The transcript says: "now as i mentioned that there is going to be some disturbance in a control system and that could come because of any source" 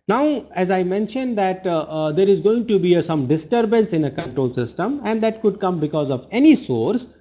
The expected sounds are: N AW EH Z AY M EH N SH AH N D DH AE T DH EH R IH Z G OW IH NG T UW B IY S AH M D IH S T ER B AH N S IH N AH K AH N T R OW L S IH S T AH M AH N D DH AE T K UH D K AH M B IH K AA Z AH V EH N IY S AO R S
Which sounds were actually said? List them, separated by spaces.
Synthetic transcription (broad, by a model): N AW EH Z AY M EH N SH AH N D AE T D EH R IH Z G OW IH NG T UW B IY S AH M D IH S T ER B AH N S IH N AH K AH N T R OW L S IH S T AH M AH N D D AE T K UH D K AH M B IH K AA Z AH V EH N IY S AO R S